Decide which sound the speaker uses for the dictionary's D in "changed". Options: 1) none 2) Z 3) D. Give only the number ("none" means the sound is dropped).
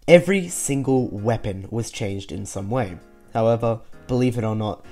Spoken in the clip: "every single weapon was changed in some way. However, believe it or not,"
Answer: 3